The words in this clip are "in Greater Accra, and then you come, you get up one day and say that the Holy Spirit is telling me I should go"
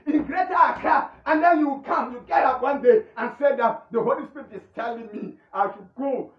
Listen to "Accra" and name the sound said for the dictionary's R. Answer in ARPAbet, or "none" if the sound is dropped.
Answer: none